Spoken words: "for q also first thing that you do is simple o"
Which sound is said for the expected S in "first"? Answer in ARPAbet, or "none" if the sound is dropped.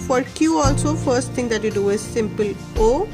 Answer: S